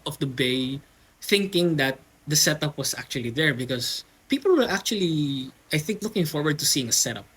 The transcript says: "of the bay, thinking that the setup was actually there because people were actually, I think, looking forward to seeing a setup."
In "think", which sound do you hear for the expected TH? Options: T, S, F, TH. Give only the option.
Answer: TH